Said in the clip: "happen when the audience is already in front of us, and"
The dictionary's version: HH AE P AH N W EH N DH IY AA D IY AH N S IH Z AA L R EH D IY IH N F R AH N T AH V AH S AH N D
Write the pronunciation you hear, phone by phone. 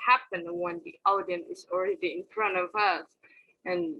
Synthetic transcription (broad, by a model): HH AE P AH N W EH N DH IY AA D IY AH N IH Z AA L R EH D IY IH N F R AH N T AH V AH S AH N